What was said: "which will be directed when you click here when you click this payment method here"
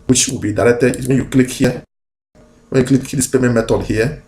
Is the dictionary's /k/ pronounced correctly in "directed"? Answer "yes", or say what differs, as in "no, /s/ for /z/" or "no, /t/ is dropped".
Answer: no, /k/ is dropped